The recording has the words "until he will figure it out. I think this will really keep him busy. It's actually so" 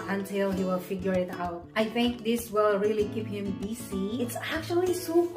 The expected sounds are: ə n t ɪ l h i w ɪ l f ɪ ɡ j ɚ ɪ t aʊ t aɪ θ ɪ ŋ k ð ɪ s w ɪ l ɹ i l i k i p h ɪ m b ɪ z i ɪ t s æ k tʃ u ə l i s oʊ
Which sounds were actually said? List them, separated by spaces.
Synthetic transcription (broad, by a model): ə n t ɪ l h i w ɪ l f ɪ ɡ j ɚ ɪ t aʊ t aɪ θ ɪ ŋ k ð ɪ s w ɪ l ɹ i l i k i p h ɪ m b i s i ɪ t s æ k tʃ u ə l i s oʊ